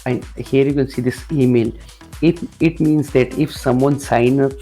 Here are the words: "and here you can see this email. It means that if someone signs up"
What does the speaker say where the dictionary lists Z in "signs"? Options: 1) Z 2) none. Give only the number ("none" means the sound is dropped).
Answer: 2